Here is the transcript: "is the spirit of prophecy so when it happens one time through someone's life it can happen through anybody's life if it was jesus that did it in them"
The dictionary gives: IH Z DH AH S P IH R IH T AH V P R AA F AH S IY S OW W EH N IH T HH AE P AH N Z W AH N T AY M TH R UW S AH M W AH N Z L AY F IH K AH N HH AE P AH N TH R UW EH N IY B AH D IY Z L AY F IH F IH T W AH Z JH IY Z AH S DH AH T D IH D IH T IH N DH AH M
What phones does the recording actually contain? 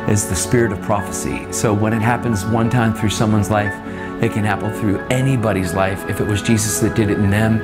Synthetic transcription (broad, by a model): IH Z DH AH S P IH R IH T AH V P R AA F AH S IY S OW W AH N IH T HH AE P AH N Z W AH N T AY M TH R UW S AH M W AH N Z L AY F IH K AH N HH AE P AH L TH R UW EH N IY B AH D IY Z L AY F IH F IH T W AH Z JH IY Z AH S DH AH T D IH D IH T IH N DH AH M